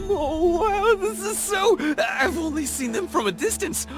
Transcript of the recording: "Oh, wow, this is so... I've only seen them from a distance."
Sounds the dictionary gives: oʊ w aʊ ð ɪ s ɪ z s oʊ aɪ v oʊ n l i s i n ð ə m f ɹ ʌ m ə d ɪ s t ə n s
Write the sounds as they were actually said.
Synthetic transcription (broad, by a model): oʊ w aʊ ð ɪ s ɪ z s oʊ aɪ v oʊ n l i s i n ð ə m f ɹ ʌ m ə d ɪ s t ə n s